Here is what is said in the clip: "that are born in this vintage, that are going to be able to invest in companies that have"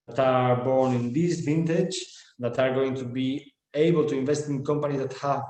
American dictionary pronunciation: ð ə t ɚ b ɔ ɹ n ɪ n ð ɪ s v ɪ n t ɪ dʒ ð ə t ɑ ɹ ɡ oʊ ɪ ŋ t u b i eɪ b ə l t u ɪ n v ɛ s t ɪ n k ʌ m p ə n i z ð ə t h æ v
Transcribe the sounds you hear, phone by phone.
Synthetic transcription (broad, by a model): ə t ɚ b ɔ ɹ n ɪ n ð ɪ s v ɪ n t ɪ dʒ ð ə t ɑ ɹ ɡ oʊ ɪ ŋ t u b i eɪ b ə l t u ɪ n v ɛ s t ɪ n k ʌ m p ə n i z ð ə t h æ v